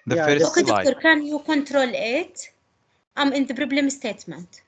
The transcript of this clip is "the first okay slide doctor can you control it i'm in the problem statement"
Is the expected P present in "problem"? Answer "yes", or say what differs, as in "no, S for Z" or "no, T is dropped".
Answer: no, B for P